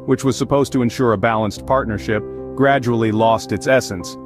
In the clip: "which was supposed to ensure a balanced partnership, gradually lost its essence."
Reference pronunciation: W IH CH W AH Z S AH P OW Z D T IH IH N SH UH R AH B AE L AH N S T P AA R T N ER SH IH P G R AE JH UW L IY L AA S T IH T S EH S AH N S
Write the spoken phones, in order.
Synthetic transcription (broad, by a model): W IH CH W AH Z S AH P OW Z T IH IH N SH UH R AH B AE L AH N S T P AA R T N ER SH IH P G R AE JH UW L IY L AA S T IH T S EH S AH N S